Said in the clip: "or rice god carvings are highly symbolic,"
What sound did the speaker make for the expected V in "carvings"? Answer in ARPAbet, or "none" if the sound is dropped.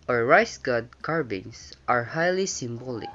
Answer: B